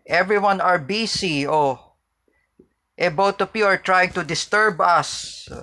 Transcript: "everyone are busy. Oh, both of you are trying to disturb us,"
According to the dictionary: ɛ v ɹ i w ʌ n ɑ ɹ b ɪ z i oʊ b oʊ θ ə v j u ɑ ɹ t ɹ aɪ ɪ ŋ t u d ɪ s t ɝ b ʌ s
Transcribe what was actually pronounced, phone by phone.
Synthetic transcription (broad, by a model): ɛ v ɹ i w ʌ n ɑ ɹ b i s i oʊ b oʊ t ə p j u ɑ ɹ t ɹ aɪ ɪ ŋ t u d ɪ s t ɝ b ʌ s